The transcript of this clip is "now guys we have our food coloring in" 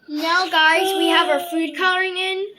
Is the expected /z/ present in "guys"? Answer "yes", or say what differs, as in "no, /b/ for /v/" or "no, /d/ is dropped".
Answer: yes